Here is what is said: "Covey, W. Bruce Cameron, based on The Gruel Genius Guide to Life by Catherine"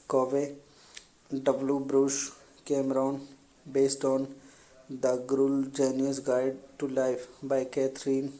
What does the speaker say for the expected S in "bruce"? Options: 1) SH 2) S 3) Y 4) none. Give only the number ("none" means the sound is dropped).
1